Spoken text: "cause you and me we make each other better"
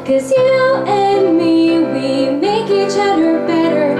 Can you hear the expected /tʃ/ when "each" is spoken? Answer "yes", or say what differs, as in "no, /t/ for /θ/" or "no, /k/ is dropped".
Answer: yes